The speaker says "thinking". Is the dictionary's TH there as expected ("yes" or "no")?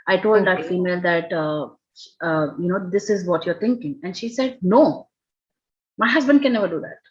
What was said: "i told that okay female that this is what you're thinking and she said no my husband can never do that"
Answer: no